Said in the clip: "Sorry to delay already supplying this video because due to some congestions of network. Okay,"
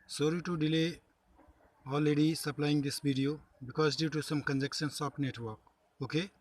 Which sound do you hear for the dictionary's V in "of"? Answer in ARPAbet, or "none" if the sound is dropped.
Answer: P